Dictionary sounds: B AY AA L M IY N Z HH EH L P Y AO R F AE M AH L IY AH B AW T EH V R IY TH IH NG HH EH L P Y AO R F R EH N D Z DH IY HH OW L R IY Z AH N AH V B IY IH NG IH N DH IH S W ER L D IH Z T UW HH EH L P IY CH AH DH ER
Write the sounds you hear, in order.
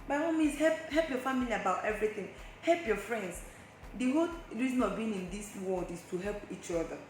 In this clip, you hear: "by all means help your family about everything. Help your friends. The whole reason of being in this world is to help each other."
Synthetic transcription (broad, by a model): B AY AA M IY N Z HH EH L P Y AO F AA M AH L IY AH B AW T EH V R IY TH IH NG HH EH L P Y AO F R EH N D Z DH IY HH OW L R IY Z AH N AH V B IY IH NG IH N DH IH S W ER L D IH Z T UW HH EH L P IY CH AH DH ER